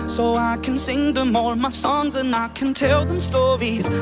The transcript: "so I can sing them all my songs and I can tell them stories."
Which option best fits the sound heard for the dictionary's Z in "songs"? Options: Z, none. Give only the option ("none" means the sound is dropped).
Z